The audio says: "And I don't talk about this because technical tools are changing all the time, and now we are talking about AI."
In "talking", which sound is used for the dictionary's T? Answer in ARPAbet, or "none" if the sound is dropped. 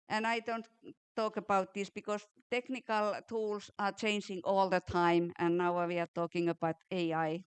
T